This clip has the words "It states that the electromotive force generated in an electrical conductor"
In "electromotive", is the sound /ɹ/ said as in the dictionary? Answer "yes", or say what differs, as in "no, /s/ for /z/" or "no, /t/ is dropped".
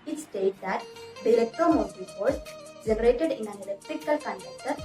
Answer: no, /ɹ/ is dropped